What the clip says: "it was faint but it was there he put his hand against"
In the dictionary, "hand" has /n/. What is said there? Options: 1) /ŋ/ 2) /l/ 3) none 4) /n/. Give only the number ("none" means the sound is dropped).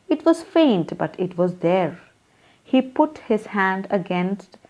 4